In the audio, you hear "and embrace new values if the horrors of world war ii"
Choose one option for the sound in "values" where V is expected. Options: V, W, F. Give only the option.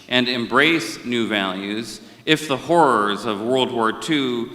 V